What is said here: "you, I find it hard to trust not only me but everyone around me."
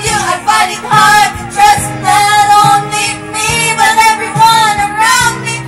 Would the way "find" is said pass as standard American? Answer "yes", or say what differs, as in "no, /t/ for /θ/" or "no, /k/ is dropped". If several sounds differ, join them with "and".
no, /n/ is dropped